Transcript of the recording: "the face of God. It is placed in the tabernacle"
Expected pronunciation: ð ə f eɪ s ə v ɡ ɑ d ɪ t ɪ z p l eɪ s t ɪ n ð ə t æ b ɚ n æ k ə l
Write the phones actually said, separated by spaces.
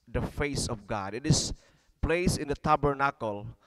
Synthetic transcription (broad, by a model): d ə f eɪ s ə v ɡ ɑ d ɪ t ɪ s p l eɪ s ɪ n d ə t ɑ b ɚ n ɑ k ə l